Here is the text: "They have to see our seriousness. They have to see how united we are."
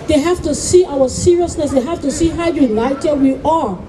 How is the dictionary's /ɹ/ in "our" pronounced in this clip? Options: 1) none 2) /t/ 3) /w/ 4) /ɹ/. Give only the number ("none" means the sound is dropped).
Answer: 3